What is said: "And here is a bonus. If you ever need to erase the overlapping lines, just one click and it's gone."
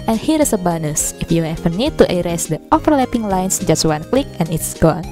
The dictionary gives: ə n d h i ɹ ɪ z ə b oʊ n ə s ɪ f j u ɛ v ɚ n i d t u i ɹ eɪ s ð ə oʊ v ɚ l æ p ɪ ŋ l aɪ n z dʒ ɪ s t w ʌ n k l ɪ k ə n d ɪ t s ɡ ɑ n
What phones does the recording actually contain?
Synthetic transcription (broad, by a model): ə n h i ɹ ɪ s ə b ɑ n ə s ɪ f j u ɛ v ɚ n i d t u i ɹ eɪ s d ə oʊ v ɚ l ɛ p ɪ ŋ l aɪ n s dʒ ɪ s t w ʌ n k l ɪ k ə n ɪ t s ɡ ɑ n